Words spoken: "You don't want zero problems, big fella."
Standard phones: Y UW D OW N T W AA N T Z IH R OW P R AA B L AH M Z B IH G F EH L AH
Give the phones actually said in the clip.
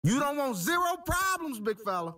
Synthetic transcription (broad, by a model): Y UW D OW N T W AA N T Z IH R OW P R AA B L AH M Z B IH G F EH L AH